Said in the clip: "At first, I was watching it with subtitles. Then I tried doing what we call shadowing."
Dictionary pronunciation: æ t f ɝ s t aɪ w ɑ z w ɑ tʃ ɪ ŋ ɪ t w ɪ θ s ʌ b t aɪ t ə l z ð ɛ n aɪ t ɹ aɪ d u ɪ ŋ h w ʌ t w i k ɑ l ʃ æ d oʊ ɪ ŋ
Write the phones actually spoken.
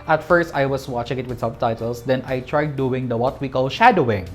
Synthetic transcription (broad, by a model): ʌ t f ɝ s t aɪ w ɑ s w ɑ tʃ ɪ ŋ ɪ t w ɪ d s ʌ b t aɪ t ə l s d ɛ n aɪ t ɹ aɪ d u ɪ ŋ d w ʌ t w i k ɑ l ʃ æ d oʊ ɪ ŋ